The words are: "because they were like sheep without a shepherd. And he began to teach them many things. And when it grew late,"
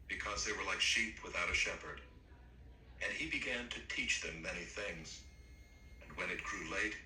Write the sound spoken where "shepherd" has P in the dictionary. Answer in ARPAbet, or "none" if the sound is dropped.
P